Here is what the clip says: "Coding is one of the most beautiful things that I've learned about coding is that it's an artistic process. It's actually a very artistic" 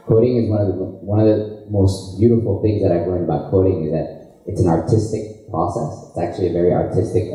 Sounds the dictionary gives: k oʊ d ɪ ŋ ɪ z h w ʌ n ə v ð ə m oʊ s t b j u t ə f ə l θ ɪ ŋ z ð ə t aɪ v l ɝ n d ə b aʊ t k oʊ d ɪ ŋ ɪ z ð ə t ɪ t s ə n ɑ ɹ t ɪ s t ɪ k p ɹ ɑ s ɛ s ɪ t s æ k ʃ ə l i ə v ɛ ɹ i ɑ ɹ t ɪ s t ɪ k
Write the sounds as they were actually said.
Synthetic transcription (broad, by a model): k oʊ d ɪ ŋ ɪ z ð w ʌ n ə v ð ə m oʊ s t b j u t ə f l θ ɪ ŋ z ð ə t aɪ v l ɝ n d ə b aʊ t k oʊ d ɪ ŋ ɪ z ð ə t ɪ t s n ɑ ɹ t ɪ s t ɪ k p ɹ ɑ s ɛ s ɪ t s æ k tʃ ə l i ə v ɛ ɹ i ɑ ɹ t ɪ s t ɪ k